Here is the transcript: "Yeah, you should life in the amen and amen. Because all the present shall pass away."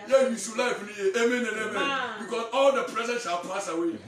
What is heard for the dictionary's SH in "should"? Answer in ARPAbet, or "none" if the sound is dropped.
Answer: S